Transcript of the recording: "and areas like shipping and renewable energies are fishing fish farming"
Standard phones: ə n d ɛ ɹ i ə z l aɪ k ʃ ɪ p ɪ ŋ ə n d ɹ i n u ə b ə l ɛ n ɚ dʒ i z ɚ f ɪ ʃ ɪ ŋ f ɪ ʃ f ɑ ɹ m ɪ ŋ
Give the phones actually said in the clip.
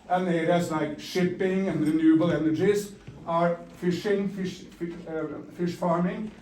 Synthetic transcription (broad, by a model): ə n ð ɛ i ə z l aɪ k ʃ ɪ p ɪ ŋ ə n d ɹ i n u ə b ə l ɛ n ɚ dʒ i z ɚ f ɪ ʃ ɪ ŋ f ɪ ʃ f ɑ ɹ m ɪ ŋ